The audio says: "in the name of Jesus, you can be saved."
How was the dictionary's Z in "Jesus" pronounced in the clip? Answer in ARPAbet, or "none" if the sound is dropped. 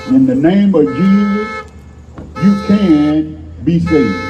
Z